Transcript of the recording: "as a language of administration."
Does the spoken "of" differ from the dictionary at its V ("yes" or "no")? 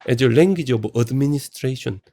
yes